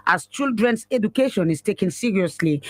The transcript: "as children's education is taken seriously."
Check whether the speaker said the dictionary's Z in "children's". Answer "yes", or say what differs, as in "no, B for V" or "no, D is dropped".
no, S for Z